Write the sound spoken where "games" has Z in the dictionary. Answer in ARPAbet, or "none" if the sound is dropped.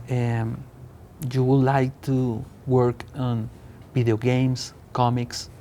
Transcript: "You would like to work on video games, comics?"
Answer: S